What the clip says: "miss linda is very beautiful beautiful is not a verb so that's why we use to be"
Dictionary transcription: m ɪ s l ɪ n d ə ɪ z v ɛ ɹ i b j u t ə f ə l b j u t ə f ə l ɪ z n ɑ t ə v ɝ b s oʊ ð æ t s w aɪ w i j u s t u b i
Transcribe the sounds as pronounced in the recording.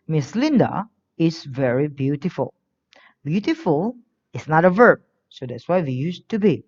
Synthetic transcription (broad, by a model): m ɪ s l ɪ n d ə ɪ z v ɛ ɹ i b j u t ə f ə l b j u t ə f ə l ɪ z n ɑ t ə v ɝ b s oʊ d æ t s w aɪ w i j u s t u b i